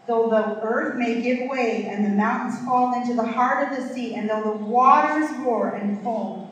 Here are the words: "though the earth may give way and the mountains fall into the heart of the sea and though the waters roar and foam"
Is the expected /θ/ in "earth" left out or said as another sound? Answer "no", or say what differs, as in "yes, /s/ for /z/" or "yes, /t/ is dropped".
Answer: no